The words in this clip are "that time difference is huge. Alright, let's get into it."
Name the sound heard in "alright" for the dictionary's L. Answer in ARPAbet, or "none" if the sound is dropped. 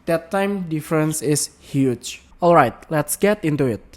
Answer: L